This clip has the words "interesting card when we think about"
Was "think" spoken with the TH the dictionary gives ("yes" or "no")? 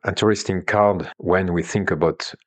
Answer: yes